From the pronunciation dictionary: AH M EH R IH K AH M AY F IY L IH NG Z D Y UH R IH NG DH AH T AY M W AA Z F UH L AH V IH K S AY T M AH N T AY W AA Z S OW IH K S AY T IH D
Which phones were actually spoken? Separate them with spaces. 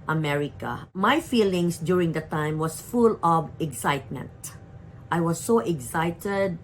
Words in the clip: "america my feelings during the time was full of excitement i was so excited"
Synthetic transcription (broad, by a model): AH M EH R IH K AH M AY F IY L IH NG S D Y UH R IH NG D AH T AY M W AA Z F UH L AH V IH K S AY T M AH N T AY W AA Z S OW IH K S AY T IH D